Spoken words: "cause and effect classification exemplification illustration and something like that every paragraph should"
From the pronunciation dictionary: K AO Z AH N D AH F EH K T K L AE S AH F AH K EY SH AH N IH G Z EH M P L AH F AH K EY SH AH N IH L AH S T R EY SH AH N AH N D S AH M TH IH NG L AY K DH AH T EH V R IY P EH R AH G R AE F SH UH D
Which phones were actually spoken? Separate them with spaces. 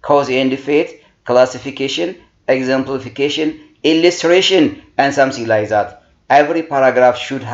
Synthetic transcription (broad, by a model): K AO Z AH N D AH F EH T K L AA S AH F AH K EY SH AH N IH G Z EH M P L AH F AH K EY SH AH N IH L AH S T R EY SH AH N AH N D S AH M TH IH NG L AY K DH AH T EH V R IY P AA R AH G R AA F SH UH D